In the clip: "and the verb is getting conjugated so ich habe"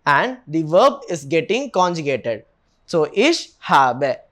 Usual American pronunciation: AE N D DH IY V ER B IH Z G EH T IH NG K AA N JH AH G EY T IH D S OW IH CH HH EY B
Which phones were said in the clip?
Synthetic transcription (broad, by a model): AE N D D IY V ER B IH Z G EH T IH NG K AA N JH AH G EY T IH D S OW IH SH HH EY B